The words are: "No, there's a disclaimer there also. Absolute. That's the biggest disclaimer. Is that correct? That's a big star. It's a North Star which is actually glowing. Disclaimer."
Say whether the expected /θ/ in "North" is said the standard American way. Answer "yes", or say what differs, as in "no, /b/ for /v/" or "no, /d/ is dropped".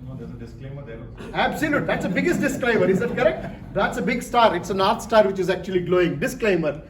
no, /t/ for /θ/